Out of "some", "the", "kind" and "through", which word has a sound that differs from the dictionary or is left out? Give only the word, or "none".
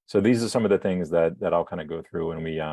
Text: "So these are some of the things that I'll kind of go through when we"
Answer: none